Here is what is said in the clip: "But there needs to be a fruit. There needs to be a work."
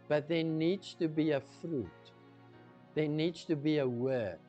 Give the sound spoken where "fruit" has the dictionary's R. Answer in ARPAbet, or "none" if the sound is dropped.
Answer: R